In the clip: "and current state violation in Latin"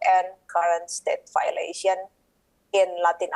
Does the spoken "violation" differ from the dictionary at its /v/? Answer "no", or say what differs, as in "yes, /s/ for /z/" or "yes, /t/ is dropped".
yes, /f/ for /v/